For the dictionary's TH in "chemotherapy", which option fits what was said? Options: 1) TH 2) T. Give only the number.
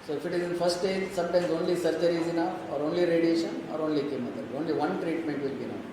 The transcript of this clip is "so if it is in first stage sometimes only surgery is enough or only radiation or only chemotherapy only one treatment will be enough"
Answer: 2